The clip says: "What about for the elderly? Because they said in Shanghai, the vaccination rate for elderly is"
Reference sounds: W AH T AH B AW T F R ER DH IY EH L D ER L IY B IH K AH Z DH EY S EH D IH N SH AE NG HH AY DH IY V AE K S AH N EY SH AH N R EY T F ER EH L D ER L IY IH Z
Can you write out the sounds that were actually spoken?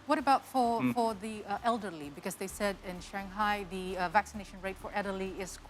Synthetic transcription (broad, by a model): W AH T AH B AW T F R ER DH IY EH L D ER L IY B IH K AH Z DH EY S EH D IH N SH AE NG HH AY DH IY V AE K S AH N EY SH AH N R EY T F ER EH D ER L IY IH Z